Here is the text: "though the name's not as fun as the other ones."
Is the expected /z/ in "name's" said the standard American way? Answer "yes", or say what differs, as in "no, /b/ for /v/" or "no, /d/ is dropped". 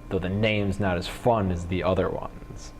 yes